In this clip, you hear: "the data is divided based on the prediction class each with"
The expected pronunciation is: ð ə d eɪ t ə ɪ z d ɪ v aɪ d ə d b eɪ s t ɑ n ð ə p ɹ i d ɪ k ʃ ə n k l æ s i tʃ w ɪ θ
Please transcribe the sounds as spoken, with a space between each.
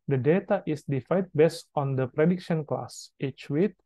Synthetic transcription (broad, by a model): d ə d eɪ t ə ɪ s d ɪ f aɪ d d b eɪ s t ɑ n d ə p ɹ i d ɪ k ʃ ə n k l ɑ s i tʃ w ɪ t